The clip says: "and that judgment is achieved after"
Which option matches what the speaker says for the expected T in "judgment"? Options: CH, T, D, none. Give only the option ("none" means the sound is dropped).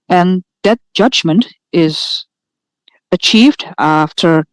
T